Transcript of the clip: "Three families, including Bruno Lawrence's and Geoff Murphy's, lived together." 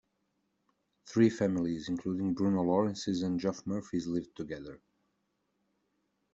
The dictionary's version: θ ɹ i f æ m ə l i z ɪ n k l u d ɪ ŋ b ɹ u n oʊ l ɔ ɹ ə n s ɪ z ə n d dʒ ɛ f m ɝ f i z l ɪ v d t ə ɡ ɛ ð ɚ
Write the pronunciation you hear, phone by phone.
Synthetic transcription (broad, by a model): θ ɹ i f æ m ə l i z ɪ n k l u d ɪ ŋ b ɹ u n oʊ l ɔ ɹ ə n s ɪ z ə n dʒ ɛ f m ɝ f i z l ɪ v d t ə ɡ ɛ ð ɚ